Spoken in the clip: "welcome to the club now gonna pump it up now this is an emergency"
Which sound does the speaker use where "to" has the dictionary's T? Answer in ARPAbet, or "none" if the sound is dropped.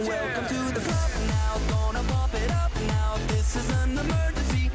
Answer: T